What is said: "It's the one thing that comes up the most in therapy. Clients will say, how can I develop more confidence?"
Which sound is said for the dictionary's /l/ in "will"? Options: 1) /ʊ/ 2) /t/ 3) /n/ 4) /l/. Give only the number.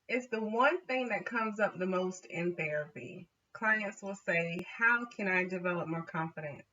4